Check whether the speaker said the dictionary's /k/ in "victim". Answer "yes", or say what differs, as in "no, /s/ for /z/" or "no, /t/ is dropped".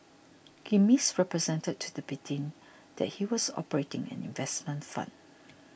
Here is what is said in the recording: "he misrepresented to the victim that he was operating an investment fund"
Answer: no, /k/ is dropped